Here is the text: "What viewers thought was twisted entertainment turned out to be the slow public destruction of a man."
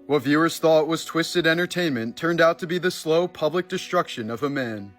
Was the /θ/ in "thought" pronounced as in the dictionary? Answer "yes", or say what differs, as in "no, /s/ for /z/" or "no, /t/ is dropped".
yes